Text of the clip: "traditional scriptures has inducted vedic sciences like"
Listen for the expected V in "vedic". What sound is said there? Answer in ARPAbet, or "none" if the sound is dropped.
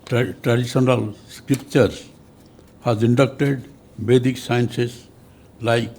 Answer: B